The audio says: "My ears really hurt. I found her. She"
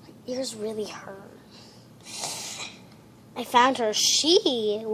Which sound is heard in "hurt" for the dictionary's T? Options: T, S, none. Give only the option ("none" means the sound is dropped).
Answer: none